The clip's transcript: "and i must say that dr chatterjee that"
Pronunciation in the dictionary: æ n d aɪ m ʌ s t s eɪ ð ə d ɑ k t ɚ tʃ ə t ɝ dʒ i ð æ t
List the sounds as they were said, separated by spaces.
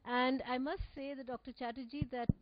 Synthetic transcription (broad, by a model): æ n d aɪ m ʌ s t s eɪ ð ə d ɑ k t ɚ tʃ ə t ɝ dʒ i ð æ t